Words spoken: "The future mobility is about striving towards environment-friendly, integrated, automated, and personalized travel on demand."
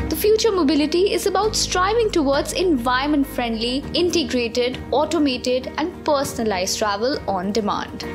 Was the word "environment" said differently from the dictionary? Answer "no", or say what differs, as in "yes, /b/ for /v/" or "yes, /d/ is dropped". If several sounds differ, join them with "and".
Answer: yes, /ɹ/ is dropped